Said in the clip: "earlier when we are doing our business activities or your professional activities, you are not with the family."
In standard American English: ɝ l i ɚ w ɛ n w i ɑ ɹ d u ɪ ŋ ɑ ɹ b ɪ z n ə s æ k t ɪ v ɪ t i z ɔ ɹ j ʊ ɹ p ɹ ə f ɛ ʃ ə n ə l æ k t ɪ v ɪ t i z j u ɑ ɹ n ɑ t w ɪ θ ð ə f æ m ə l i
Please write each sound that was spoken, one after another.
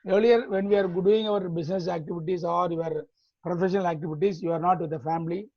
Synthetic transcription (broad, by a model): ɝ l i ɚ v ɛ n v i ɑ ɹ d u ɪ ŋ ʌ ɹ b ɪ s n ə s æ k t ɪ v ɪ t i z ɔ ɹ j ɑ ɹ p ɹ ə f ɛ ʃ ə n ə l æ k t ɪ v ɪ t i s j u ɑ ɹ n ɑ t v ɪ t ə f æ m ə l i